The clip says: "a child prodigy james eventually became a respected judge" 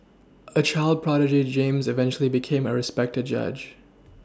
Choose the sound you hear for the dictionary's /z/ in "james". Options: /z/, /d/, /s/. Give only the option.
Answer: /z/